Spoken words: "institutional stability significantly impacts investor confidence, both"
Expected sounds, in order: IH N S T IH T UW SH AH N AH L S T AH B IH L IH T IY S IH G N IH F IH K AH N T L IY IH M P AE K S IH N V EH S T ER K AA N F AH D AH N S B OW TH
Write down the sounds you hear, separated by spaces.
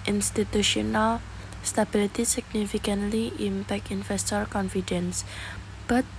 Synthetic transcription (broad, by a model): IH N S T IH T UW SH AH N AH L S T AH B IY L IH T IY S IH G N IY F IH K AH N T L IY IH M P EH K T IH N F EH S T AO K AA N F AH D AH N S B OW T